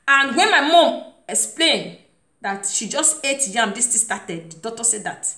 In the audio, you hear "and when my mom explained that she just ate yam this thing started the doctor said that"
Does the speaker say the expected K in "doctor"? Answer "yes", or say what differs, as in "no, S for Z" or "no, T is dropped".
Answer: no, K is dropped